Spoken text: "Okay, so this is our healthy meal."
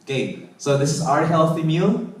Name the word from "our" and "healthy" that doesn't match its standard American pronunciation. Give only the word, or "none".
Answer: none